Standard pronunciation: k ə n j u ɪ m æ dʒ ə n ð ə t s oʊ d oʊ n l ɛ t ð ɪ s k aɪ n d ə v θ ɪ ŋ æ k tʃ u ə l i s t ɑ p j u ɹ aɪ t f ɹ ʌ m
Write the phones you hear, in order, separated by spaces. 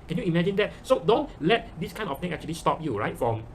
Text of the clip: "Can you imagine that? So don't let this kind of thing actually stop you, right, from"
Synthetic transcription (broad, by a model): k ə n j u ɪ m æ dʒ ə n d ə t s oʊ d oʊ n l ɛ t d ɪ s k aɪ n ə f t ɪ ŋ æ k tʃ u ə l i s t ɑ p j u ɹ aɪ t f ɹ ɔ m